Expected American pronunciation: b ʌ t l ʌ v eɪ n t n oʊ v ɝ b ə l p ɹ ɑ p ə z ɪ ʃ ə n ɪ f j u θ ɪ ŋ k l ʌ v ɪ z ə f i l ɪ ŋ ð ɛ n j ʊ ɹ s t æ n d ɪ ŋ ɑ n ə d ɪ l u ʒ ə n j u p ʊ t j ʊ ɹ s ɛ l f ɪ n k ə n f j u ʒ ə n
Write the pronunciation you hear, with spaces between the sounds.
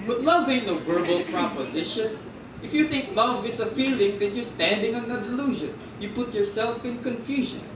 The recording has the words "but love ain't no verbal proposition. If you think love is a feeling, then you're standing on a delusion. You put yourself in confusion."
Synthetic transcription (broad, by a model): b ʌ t l ʌ v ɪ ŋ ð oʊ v ɝ b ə l p ɹ ɑ p ə z ɪ ʃ ə n ɪ f j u θ ɪ ŋ k l ʌ v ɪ s ə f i l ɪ ŋ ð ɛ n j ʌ ɹ s t æ n d ɪ ŋ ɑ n ə d ɪ l u ʒ ə n j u p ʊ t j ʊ ɹ s ɛ l f ɪ n k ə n f j u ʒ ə n